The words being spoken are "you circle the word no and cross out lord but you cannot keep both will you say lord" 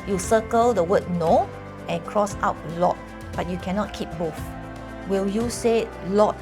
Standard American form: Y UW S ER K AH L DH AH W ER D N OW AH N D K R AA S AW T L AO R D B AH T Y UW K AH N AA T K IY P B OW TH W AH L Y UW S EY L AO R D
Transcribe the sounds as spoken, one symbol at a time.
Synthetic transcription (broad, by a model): Y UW S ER K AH L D AH W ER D N OW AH N K R AA S AW T L AO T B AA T Y UW K AH N AA T K IY P B OW F W AH L Y UW S EY L AO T